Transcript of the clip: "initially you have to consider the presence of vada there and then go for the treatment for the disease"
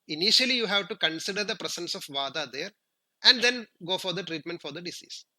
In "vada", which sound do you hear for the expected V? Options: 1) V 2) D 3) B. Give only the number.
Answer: 1